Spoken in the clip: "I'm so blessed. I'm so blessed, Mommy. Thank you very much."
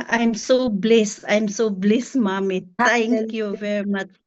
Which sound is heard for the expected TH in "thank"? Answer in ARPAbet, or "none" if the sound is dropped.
T